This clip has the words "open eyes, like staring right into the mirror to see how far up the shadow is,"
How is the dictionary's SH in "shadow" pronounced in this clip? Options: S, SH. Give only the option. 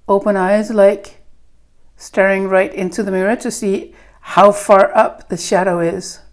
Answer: SH